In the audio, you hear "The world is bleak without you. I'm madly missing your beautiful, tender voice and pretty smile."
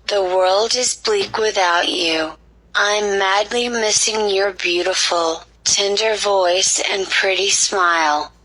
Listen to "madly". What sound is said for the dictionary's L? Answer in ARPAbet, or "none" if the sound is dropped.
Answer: L